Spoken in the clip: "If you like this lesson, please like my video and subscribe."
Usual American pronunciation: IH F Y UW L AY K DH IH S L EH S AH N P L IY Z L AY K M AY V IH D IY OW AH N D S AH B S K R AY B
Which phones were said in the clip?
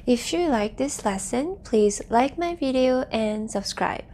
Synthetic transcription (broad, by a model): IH F Y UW L AY K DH IH S L EH S AH N P L IY Z L AY K M AY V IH D IY OW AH N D S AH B S K R AY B